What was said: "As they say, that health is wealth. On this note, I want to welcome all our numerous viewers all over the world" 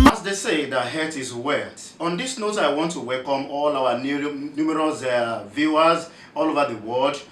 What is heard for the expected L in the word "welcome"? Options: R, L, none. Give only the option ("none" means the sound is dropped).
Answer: L